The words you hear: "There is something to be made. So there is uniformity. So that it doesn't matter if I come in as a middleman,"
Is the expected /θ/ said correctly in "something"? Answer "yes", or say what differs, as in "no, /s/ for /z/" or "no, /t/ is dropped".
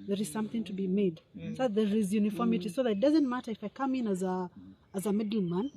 yes